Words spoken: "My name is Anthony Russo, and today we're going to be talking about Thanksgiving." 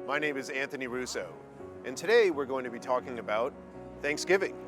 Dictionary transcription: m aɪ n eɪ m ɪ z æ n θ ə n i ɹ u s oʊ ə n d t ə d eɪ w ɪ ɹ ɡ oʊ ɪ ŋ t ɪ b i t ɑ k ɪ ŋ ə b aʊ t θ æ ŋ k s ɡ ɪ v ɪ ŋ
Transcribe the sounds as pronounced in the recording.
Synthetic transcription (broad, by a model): m aɪ n eɪ m ɪ z æ n θ ə n i ɹ u s oʊ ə n t ə d eɪ w ɪ ɹ ɡ oʊ ɪ ŋ t ɪ b i t ɑ k ɪ ŋ ə b aʊ t θ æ ŋ k s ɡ ɪ v ɪ ŋ